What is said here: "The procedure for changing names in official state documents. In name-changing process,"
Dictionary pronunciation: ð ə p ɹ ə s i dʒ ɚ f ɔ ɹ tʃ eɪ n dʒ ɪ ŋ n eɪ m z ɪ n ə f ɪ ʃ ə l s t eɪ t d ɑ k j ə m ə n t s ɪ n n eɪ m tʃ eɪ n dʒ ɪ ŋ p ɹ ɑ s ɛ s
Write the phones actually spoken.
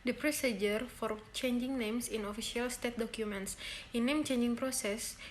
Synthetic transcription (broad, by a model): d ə p ɹ ə s i dʒ ɚ f ɔ ɹ tʃ eɪ n dʒ ɪ ŋ n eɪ m s ɪ n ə f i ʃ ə l s t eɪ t d ɑ k j ə m ə n t s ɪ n n eɪ m tʃ eɪ n dʒ ɪ ŋ p ɹ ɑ s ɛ s